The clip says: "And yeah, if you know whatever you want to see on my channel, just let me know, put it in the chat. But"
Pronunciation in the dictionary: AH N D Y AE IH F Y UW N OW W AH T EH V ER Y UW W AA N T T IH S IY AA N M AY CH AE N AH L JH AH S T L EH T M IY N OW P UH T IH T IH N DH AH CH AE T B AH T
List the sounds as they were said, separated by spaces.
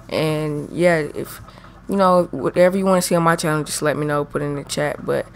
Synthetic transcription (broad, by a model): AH N Y AE IH F Y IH N OW W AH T EH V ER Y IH W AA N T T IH S IY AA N M AY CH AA AH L JH AH S T L EH T M IY N OW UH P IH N IH N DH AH CH AE T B AH T